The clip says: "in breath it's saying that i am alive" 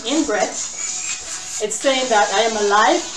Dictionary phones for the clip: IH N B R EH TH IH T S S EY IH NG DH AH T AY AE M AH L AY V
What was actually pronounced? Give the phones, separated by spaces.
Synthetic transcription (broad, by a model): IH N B R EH S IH T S S EY IH NG DH AH T AY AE M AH L AY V